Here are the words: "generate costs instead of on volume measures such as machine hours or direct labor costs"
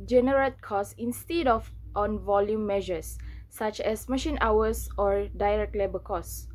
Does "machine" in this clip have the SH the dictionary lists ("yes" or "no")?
yes